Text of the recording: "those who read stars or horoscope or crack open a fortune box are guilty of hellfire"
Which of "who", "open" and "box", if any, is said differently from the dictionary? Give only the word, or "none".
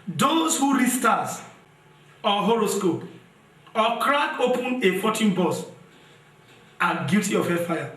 box